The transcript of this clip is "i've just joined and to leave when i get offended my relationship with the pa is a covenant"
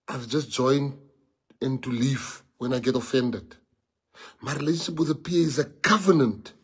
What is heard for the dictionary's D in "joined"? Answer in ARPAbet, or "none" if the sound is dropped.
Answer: none